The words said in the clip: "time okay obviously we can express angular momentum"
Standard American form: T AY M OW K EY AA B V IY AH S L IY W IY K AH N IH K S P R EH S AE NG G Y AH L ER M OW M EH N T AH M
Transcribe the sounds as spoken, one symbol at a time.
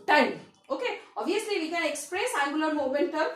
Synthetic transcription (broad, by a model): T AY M OW K EY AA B IY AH S L IY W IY K AH N IH K S P R EH S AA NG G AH L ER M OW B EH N T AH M